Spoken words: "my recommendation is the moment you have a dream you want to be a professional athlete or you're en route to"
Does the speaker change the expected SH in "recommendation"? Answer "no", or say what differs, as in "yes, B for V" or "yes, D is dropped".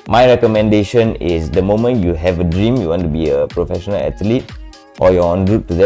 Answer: no